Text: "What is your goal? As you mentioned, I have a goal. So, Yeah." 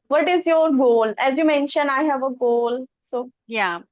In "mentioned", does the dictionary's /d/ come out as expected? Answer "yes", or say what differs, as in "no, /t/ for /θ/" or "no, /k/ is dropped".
no, /d/ is dropped